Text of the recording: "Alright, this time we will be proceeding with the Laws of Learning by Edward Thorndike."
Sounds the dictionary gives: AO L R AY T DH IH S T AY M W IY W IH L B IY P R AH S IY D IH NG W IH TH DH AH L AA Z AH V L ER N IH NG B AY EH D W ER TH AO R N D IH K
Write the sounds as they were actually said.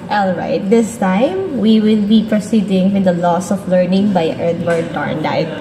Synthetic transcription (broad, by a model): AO L R AY T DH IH S T AY M W IY W IH L B IY P R AH S IY D IH NG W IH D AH L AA S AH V L ER N IH NG B AY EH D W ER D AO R N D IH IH